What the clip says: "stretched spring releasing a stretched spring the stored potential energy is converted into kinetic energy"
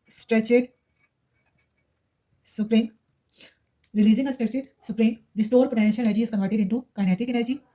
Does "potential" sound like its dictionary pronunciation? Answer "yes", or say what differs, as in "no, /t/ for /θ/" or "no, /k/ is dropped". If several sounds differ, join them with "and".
no, /n/ is dropped